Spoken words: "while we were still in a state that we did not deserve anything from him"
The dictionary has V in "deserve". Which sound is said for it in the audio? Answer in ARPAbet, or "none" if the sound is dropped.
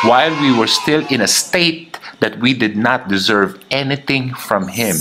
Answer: V